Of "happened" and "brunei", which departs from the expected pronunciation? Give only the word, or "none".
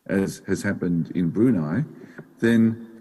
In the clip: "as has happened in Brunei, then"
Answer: none